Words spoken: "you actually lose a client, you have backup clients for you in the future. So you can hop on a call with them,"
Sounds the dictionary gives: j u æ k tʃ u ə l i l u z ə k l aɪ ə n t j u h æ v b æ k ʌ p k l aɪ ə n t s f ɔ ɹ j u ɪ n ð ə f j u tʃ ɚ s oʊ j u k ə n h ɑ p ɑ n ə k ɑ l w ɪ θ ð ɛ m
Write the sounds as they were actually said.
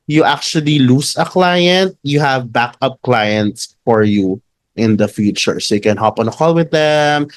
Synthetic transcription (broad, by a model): j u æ k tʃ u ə l i l u s ə k l aɪ ə n t j u h æ v b æ k ʌ p k l aɪ ə n t s f ɔ ɹ j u ɪ n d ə f j u tʃ ɚ s oʊ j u k ə n h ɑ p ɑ n ə k ɑ l w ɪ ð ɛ m